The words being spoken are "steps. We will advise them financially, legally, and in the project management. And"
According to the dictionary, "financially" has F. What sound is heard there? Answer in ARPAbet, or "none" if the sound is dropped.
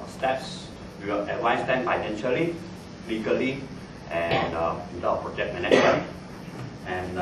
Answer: P